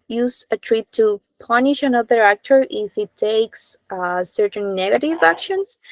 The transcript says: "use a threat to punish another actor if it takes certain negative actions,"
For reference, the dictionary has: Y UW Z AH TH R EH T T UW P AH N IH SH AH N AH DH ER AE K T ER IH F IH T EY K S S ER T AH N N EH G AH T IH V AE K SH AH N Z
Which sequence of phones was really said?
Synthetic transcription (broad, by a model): Y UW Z AH T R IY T T UW P AH N IH SH AH N AH DH ER AE K T ER IH F IH T EY K S S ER T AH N N EH G AH T IH V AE K SH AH N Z